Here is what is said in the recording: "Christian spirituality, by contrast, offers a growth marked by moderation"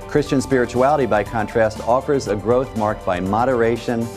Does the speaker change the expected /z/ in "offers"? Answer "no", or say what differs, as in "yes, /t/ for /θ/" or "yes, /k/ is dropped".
no